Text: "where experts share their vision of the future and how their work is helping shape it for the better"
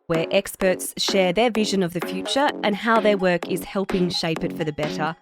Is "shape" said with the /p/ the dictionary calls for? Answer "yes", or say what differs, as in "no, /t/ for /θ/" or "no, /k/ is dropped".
yes